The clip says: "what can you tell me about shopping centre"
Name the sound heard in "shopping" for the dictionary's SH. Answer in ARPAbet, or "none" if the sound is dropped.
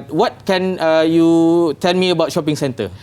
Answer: SH